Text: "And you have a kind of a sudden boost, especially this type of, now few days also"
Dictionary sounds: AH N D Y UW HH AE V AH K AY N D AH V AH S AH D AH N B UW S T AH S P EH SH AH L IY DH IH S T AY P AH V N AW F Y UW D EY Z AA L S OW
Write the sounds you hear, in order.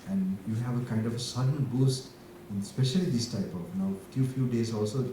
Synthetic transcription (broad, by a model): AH N D Y UW HH AE V AH K AY N D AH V AH S AH D AH N B UW S T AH S P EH SH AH L IY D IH S T AY P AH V N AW F Y UW D EY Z AA L S OW